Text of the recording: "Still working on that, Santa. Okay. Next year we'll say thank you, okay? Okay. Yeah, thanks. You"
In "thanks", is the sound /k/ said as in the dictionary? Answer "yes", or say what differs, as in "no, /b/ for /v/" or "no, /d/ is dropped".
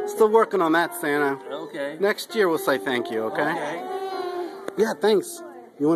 yes